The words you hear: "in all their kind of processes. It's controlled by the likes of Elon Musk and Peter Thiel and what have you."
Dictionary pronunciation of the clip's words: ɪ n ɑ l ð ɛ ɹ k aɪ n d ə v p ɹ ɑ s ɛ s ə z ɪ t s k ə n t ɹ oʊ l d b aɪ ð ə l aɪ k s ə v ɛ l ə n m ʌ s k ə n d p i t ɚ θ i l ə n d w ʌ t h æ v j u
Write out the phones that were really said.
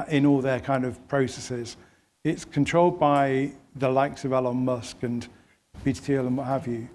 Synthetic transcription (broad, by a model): ɪ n ɑ l ð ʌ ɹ k aɪ n d ə v p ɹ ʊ s ɛ s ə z ɪ t s k ə n t ɹ oʊ l d b aɪ ð ə l aɪ k s ə v ɛ l ə n m ʌ s k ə n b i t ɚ t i l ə n w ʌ t h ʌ v j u